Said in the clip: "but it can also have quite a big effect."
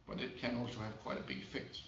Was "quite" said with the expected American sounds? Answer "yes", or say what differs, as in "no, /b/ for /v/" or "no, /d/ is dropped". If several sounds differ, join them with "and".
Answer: yes